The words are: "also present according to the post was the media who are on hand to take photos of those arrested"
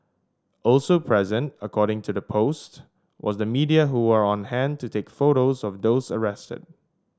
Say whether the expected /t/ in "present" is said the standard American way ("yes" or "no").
yes